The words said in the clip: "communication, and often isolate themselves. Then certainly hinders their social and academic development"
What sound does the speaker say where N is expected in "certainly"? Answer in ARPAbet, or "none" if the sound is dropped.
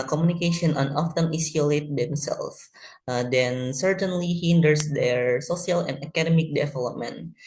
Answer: N